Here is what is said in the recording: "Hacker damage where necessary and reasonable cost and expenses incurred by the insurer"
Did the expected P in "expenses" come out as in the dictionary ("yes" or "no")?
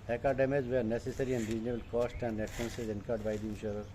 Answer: no